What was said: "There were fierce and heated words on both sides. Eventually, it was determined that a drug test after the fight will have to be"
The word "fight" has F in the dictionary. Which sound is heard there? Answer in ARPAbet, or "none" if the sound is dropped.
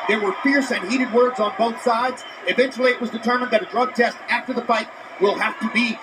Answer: F